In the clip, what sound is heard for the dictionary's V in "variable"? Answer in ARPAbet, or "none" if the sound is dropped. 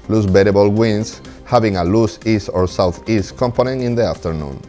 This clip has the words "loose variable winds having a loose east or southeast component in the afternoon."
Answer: B